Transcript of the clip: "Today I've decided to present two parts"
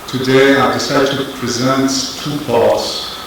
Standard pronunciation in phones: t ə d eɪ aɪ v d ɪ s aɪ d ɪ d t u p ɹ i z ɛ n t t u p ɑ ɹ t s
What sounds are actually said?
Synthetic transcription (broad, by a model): t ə d eɪ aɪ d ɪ s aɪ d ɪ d t u p ɹ i z ɛ n t t u p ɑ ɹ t s